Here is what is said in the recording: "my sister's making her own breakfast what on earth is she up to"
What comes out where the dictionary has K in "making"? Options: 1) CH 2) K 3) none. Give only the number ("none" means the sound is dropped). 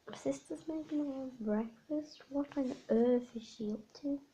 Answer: 3